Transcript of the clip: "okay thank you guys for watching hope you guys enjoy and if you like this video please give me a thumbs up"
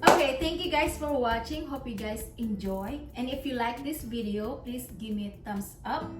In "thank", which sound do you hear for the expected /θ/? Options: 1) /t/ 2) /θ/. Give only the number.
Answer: 1